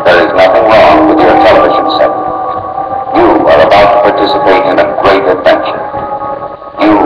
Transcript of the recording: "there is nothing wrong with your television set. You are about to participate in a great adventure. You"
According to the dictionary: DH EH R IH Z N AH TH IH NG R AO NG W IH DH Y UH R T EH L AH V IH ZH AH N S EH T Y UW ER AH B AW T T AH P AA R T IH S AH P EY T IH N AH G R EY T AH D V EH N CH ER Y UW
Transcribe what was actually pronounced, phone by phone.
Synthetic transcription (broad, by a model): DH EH R IH Z N AH TH IH NG R AO NG W IH DH Y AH R T EH L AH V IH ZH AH N S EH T Y UW ER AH B AW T T AH P AA R T IH S AH P EY T IH N AH G R EY T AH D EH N SH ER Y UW